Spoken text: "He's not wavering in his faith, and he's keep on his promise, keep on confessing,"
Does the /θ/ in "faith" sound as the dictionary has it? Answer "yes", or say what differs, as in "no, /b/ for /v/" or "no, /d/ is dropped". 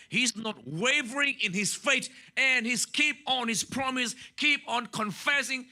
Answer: no, /t/ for /θ/